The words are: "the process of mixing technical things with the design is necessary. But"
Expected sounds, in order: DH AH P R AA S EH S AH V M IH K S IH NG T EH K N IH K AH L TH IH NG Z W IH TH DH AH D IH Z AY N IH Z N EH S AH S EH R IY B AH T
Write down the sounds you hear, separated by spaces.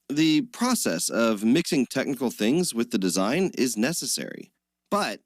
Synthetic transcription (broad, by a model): DH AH P R AA S EH S AH V M IH K S IH NG T EH K N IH K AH L TH IH NG Z W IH DH AH D IH Z AY N IH Z N EH S AH S EH R IY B AH T